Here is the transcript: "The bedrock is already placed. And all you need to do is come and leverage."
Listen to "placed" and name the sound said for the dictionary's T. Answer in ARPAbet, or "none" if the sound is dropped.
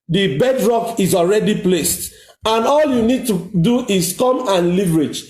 T